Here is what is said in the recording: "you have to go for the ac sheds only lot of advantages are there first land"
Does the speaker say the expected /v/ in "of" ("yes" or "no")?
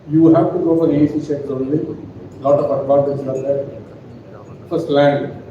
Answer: no